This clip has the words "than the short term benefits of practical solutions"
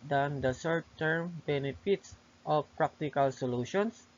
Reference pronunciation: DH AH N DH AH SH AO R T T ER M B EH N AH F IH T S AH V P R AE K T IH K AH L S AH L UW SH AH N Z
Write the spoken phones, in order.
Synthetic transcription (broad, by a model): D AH N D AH S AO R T T ER M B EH N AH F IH T S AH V P R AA K T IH K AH L S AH L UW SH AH N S